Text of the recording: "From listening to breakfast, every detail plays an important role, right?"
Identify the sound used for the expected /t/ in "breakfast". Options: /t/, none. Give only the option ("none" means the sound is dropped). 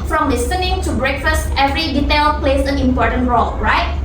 /t/